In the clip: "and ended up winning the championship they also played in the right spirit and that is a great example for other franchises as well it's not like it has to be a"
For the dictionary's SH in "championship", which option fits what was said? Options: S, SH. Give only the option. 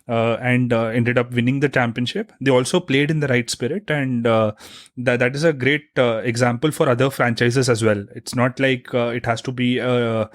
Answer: SH